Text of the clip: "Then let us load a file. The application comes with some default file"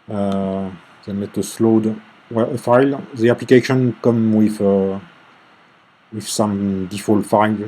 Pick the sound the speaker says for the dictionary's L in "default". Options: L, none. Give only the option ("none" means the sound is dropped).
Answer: L